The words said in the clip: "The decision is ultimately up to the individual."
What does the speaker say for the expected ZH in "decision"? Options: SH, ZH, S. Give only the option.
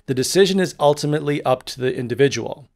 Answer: ZH